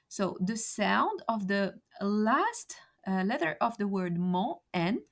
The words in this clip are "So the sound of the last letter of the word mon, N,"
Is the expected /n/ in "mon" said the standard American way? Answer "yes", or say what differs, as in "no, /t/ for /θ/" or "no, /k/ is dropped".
no, /n/ is dropped